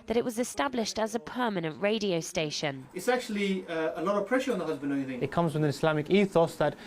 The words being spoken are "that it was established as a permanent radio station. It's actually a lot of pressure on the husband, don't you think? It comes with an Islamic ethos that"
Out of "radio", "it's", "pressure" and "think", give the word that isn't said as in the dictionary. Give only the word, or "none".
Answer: think